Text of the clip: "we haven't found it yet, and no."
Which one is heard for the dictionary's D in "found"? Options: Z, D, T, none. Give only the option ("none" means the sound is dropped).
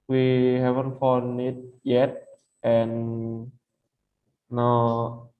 none